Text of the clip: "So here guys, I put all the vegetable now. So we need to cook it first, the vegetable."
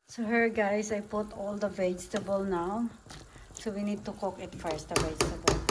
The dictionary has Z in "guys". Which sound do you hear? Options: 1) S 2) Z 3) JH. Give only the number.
1